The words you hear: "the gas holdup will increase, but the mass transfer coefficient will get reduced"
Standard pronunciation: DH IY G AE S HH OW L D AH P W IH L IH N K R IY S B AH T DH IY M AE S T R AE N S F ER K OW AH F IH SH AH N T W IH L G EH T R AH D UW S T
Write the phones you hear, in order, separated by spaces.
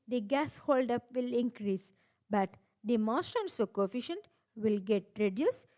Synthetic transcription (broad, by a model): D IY G AE S HH OW L D AH P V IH L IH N K R IY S B AH T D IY M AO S T AE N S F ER K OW F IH SH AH N T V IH L G EH T R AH D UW S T